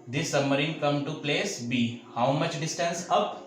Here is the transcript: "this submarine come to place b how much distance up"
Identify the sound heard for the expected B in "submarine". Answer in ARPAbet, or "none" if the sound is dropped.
none